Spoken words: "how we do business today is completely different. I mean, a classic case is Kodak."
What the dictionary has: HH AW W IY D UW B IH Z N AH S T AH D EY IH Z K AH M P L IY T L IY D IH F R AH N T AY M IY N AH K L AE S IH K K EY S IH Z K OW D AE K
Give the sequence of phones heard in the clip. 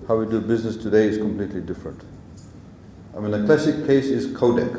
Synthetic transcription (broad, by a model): HH AW W IY D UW B IH Z N AH S T AH D EY IH Z K AH M P L IY T L IY D IH F R AH N T AY M IY N AH K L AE S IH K K EY S IH Z K OW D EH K